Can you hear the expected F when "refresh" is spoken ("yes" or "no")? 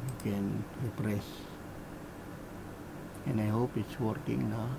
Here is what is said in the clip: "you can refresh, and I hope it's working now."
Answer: no